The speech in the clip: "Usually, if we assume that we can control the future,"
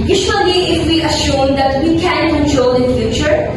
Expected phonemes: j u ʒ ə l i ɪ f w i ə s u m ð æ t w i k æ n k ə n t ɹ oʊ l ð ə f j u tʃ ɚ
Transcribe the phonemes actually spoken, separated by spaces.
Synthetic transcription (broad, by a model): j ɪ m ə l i ɪ f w i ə ʃ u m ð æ t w i k æ n k ə n t ɹ oʊ l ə f j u tʃ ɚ